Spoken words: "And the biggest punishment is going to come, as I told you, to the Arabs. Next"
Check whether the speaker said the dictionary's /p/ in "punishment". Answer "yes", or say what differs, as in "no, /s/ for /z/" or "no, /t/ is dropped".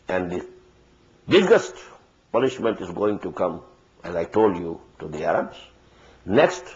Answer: yes